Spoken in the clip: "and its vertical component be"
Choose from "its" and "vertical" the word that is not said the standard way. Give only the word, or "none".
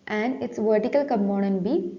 none